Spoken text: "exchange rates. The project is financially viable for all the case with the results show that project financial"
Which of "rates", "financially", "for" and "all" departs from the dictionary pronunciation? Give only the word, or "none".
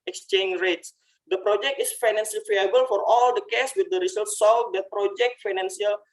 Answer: financially